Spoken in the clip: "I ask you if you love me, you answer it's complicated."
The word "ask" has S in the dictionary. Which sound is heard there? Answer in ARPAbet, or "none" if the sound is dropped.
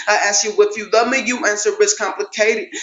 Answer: S